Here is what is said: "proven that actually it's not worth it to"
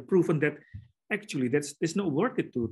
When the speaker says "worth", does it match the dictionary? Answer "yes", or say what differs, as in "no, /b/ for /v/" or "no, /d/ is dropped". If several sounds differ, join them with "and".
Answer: no, /t/ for /θ/